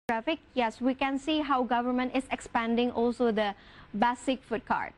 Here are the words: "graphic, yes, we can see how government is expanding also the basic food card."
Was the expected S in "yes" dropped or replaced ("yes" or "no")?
no